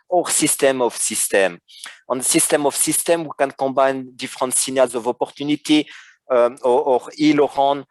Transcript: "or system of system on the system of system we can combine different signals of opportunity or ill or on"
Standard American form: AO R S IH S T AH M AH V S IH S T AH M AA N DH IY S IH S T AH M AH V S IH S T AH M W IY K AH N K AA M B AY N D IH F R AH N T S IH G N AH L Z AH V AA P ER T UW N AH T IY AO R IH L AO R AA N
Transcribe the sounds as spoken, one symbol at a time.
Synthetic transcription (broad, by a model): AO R S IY S T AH M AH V S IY S T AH M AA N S IY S S T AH M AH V S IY S T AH M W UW K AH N K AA B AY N D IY F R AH T S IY N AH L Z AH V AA P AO T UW N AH T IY AO R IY L AO R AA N